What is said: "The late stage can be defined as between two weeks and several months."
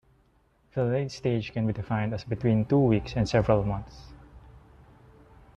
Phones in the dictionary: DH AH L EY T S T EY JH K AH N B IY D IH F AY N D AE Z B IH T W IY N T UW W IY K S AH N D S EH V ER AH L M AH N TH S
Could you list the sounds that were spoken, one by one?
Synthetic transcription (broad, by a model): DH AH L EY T S T EY JH K AH N B IY D IH F AY N D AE S B IH T W IY N T UW W IY K S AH N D S EH V ER AH L M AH N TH S